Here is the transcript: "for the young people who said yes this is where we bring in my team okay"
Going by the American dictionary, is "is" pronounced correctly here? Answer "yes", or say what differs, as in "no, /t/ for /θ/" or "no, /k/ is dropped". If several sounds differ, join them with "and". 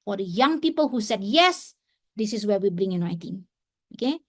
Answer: no, /s/ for /z/